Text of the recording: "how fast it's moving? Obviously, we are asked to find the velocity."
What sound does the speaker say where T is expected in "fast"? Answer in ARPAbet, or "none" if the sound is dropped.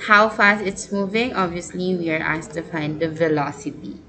none